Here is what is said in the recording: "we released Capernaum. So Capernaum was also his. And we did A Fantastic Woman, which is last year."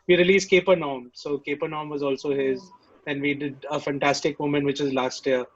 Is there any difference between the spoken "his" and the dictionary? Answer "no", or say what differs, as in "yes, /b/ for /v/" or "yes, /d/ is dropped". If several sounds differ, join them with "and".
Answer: no